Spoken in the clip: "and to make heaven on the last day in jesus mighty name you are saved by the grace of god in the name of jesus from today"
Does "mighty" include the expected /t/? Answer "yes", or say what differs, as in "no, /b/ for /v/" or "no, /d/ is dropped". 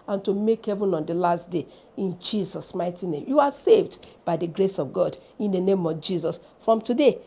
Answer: yes